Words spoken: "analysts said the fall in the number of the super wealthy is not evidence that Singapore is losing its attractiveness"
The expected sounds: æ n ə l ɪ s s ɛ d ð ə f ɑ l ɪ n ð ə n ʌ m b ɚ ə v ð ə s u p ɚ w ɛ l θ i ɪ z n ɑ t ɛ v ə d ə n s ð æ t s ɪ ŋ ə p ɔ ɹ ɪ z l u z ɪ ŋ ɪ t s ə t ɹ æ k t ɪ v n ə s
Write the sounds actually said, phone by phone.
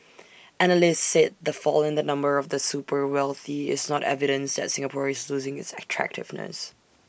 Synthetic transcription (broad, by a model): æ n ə l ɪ s s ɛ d ð ə f ɑ l ɪ n ð ə n ʌ m b ɚ ə v ð ə s u p ɚ w ɛ l θ i ɪ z n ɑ t ɛ v ə d ə n s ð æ t s ɪ ŋ ə p ɔ ɹ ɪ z l u z ɪ ŋ ɪ t s ə t ɹ æ k t ɪ v n ə s